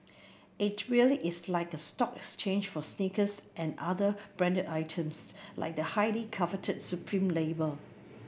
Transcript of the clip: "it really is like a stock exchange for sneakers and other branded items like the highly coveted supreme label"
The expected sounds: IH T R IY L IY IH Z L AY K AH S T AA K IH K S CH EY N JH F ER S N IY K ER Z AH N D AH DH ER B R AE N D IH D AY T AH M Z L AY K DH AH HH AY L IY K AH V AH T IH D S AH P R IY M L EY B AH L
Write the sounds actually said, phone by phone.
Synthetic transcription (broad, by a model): IH T R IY L IY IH S L AY K AH S T AA K IH K S CH EY N JH F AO S N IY K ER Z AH N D AH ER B R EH N D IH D AY T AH M S L AY K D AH HH AY L IY K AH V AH T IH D S AH P R IY M L EY B AH L